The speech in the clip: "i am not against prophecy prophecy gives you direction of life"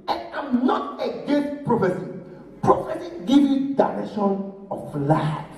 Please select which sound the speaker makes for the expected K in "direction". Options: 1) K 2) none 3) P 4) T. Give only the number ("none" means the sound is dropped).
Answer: 2